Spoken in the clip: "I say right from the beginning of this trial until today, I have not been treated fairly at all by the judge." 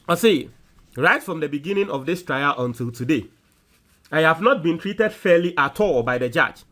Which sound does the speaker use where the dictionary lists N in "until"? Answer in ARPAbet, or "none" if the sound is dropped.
N